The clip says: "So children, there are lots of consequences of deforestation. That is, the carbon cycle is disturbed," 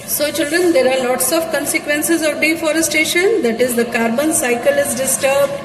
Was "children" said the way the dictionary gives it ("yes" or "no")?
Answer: yes